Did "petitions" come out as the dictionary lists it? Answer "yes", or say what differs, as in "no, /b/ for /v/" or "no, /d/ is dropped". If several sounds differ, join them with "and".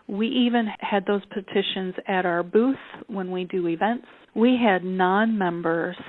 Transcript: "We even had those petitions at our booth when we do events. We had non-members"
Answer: yes